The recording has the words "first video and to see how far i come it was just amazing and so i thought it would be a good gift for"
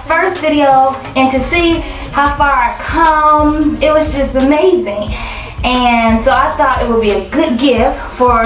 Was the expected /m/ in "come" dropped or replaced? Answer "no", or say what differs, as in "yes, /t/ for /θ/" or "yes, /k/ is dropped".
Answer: no